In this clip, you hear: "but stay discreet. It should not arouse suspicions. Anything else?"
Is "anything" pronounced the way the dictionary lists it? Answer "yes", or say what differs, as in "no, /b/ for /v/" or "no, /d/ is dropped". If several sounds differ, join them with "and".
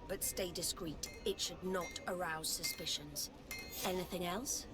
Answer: yes